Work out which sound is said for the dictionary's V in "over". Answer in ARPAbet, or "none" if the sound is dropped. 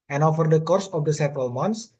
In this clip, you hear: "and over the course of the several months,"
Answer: F